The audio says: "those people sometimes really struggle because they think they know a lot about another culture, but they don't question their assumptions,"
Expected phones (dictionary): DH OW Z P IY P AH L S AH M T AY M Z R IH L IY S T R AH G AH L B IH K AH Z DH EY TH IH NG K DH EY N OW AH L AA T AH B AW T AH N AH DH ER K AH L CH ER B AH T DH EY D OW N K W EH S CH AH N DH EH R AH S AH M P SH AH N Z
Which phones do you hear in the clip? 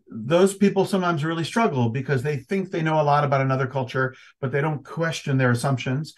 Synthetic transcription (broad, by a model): DH OW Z P IY P L S AH M T AY M Z R IH L IY S T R AH G L B IH K AH Z DH EY TH IH NG K DH EY N OW AH L AA T AH B AW T AH N AH DH ER K AH L CH ER B AH T DH EY D OW N K W EH S CH AH N DH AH R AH S AH M P SH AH N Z